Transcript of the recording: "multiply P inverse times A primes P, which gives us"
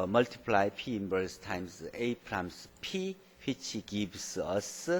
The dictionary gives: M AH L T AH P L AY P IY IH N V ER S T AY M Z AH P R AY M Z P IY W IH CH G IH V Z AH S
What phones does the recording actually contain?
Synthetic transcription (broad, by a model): M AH L T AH P L AY P IY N B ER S T AY M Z AH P R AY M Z P IY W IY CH G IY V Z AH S